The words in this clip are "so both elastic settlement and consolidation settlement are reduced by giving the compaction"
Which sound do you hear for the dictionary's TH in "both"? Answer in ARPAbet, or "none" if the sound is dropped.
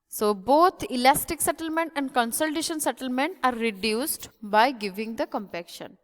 T